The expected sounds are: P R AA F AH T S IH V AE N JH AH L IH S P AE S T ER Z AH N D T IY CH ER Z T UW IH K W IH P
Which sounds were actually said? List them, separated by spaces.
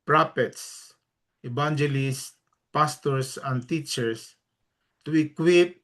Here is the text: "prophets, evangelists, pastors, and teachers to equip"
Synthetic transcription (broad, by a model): P R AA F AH T S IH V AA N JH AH L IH S P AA S T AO S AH N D T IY CH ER S T UW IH K W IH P